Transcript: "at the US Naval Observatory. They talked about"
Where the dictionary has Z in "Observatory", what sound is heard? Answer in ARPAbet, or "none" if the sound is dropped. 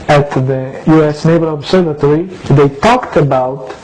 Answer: S